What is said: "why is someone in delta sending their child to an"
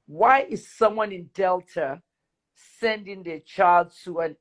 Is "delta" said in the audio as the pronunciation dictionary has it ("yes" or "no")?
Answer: yes